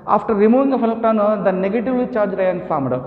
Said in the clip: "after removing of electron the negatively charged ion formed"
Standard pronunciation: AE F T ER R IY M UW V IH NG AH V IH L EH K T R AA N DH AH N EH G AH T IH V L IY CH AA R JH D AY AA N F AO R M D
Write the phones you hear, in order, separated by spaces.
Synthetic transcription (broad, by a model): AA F T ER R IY M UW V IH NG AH F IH L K T AA N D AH N EH G AH T IH V L IY CH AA R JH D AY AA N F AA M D